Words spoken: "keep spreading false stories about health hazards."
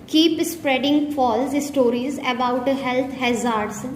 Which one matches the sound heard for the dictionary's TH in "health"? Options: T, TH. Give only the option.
T